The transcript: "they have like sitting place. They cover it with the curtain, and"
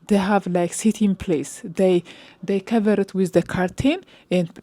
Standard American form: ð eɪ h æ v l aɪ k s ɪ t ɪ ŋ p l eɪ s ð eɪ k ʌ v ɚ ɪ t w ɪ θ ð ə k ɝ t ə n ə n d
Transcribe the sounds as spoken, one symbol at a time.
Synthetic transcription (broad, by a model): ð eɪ h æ v l aɪ k s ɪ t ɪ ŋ p l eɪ s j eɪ k ʌ v ɚ ɪ t w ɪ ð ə k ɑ t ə n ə n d